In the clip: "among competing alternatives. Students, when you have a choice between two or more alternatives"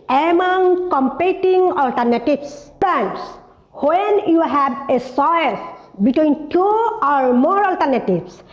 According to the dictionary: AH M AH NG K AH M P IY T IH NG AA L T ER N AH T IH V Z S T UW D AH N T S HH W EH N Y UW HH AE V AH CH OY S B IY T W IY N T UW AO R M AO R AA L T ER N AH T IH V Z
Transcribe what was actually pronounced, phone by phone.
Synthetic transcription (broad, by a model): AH M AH NG K AH M P IY T IH NG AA L T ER N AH T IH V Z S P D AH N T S HH W EH N Y UW HH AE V AH S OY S B IY T W IY N T UW AO R M AO R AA L T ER N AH T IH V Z